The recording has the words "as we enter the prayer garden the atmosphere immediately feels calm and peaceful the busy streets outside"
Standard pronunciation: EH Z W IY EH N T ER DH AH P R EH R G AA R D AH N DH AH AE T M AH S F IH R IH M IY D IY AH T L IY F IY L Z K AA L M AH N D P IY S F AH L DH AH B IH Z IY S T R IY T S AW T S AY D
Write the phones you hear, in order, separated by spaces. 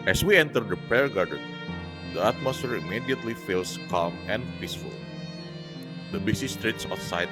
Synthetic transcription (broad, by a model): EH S W IY EH N T ER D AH P R EH R G AA R D AH N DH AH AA T M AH S F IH R IH M IY D IY AH T L IY F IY L S K AA L M AH N D P IY S F AH L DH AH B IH S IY S T R IY T S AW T S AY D